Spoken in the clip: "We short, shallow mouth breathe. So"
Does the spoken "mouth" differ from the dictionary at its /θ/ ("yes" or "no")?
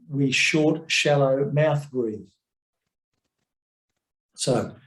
no